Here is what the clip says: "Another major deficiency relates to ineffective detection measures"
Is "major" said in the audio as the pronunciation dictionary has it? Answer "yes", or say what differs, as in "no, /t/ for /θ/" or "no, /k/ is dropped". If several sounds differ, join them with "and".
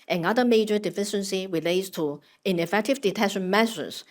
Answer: yes